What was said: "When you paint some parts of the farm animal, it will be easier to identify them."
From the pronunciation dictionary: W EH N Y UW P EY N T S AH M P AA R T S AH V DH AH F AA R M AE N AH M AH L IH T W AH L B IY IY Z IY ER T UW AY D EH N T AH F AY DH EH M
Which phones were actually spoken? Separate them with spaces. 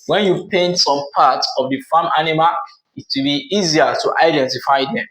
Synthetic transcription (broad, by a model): W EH N Y UW P EY N T S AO M P AA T AH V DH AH F AA M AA N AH M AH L IH T W AH L B IY IY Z IY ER T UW AY D EH N T AH F AY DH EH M